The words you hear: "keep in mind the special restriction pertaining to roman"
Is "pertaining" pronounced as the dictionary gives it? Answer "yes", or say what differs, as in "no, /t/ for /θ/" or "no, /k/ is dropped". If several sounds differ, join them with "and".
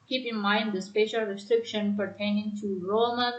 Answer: yes